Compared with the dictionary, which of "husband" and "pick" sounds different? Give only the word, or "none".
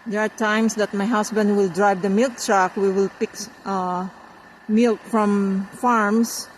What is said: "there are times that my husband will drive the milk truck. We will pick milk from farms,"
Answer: husband